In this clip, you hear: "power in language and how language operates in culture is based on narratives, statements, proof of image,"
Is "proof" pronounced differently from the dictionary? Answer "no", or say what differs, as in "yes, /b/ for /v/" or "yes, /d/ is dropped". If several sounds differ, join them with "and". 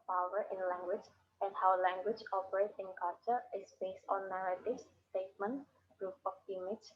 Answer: yes, /p/ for /f/